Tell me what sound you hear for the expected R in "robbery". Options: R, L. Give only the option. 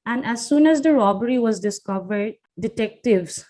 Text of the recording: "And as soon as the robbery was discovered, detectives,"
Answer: R